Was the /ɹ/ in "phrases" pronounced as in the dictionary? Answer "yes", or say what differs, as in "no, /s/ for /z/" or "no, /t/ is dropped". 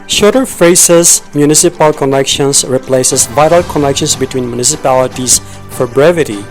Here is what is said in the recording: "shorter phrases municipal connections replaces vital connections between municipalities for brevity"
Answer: no, /ɹ/ is dropped